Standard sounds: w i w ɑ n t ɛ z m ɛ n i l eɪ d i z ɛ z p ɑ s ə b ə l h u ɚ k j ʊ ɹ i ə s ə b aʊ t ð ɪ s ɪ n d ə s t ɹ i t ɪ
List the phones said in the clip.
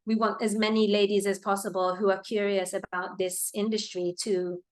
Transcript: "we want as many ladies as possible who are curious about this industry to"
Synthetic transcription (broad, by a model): w i w ɑ n t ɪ z m ɛ n i l eɪ d i z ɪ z p ɑ s ə b ə l h u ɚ k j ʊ ɹ i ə s ə b aʊ t ð ɪ s ɪ n d ə s t ɹ i t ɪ